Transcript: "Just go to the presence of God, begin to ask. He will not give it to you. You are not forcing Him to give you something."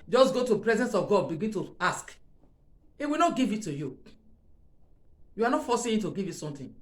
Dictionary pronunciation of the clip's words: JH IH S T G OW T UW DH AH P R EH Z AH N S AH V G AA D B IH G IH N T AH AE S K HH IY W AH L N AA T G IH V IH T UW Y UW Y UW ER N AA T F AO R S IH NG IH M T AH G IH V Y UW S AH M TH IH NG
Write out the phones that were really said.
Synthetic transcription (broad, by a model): JH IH S G OW T UW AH P R EH Z AH N S AH V G AA D B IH G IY N T AH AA S K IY W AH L N AA T G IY V IH T UW Y UW Y UW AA N AA T F AO S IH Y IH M T AH G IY V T S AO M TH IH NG